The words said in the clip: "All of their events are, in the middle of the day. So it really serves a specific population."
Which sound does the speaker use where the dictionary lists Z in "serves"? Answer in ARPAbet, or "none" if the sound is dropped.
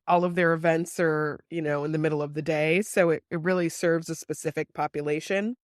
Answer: Z